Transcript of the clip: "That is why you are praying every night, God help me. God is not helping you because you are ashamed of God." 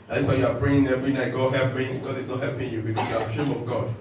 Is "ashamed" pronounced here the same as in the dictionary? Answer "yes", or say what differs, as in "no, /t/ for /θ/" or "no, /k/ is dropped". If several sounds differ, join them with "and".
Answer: no, /d/ is dropped